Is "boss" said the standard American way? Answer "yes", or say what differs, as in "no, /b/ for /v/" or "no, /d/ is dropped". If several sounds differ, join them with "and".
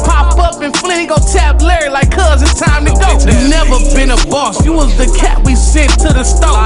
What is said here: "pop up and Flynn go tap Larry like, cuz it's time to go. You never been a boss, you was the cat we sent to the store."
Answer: yes